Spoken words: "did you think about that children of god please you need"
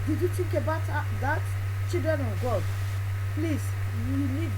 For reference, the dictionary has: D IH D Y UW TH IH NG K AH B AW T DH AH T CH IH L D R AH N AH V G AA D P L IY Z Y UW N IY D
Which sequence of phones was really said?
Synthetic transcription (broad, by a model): D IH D Y UW T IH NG K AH B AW T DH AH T CH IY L D R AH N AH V G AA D P L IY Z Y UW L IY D